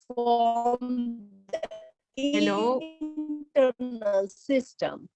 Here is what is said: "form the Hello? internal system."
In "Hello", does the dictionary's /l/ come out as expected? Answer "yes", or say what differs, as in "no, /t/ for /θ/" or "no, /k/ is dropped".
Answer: no, /n/ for /l/